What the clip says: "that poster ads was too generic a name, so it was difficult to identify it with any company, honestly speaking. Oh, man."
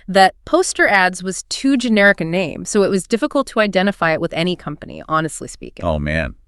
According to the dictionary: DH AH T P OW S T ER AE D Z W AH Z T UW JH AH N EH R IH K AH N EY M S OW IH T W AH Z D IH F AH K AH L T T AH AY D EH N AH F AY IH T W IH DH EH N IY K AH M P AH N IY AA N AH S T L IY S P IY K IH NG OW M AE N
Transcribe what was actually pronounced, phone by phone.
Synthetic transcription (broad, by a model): DH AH T P OW S T ER AE D Z W AH Z T UW JH AH N EH R IH K AH N EY M S OW IH T W AH Z D IH F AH K L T T AH AY D EH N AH F AY IH T W IH DH EH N IY K AH M P AH N IY AA N AH S T L IY S P IY K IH OW M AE N